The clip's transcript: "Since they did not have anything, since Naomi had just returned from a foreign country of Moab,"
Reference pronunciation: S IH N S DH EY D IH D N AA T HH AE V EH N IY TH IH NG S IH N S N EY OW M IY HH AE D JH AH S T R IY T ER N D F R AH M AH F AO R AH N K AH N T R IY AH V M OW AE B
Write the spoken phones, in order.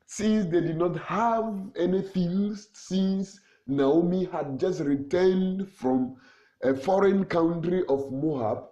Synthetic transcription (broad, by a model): S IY N S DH EY D IH D N AA T HH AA V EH N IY F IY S S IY N S N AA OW M IY HH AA D JH AH S T R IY T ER N D F R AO M AH F AO R AH N K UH N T R IY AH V M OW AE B